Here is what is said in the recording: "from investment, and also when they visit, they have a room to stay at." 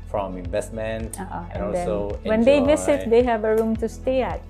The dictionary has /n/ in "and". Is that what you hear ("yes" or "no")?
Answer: no